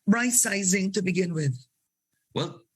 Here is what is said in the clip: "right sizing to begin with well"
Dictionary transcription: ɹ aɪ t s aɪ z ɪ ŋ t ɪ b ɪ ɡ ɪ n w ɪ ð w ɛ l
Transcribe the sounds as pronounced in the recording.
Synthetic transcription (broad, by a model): ɹ aɪ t s aɪ z ɪ ŋ t ɪ b ɪ ɡ ɪ n w ɪ ð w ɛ l